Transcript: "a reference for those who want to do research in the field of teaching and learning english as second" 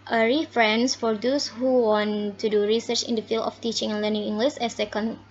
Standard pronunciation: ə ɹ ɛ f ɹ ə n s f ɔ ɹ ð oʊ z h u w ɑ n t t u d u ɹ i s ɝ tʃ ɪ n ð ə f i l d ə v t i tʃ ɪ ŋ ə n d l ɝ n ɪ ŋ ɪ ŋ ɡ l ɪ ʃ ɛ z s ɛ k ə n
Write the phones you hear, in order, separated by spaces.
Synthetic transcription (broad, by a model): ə ɹ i f ɹ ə n s f ɔ ɹ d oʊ s h u w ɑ n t t u d u ɹ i s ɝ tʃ ɪ n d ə f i l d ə f t i tʃ ɪ ŋ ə n l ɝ n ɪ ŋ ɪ ŋ ɡ l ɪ s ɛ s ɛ k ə n